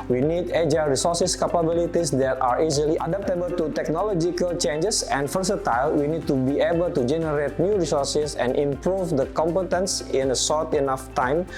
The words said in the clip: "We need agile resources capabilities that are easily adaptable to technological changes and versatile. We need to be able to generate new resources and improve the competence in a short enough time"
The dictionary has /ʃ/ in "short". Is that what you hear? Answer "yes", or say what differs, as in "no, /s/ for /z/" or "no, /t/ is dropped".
no, /s/ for /ʃ/